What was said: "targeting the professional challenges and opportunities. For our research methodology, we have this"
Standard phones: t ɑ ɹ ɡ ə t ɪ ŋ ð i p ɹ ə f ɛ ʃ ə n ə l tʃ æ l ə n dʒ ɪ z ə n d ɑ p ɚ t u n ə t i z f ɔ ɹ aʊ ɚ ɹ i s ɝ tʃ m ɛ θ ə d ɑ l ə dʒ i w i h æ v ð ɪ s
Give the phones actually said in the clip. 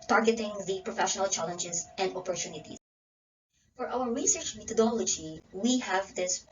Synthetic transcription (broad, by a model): t ɑ ɹ ɡ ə t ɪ ŋ ð i p ɹ ə f ɛ ʃ ə n ə l tʃ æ l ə n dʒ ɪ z ə n d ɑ p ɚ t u n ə t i f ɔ ɹ aʊ ɚ ɹ i s ɝ tʃ m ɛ t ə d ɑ l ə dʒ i w i h æ v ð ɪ s